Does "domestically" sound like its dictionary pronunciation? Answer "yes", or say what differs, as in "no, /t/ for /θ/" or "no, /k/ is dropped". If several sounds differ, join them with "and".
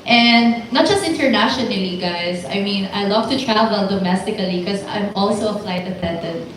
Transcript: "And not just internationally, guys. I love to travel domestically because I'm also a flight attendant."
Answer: no, /l/ is dropped